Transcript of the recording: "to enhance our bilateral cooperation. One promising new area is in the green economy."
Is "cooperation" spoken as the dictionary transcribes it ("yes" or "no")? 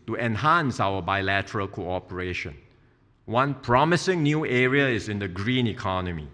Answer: yes